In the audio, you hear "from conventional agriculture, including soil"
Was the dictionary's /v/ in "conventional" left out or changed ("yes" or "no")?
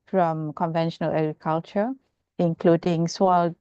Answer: no